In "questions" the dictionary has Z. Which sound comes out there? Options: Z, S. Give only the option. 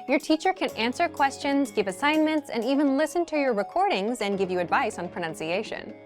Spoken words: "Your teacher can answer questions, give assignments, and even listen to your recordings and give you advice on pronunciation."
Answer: Z